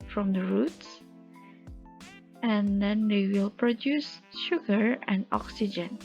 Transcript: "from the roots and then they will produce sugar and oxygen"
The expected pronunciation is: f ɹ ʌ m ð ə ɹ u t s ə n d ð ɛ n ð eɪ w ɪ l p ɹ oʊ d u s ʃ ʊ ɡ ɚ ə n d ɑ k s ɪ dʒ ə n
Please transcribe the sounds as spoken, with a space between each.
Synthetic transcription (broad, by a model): f ɹ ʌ m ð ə ɹ u t s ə n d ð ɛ n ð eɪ w ɪ l p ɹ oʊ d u s ʃ ʊ ɡ ɚ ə n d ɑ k s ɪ dʒ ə n